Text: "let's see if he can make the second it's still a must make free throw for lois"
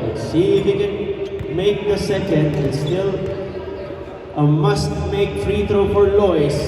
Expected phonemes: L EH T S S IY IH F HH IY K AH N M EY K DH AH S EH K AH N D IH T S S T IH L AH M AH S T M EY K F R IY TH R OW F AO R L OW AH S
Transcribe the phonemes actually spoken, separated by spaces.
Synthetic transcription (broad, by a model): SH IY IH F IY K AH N M EY K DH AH S EH K AH N D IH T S S T IH L AH M AH S T M EY K F R IY T R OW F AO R L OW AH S